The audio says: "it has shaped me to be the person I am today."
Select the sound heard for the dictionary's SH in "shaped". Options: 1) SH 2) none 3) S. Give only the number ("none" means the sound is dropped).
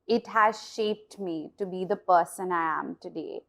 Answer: 1